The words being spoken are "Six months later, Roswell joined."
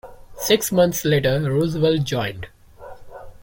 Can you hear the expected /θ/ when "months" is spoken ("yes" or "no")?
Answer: no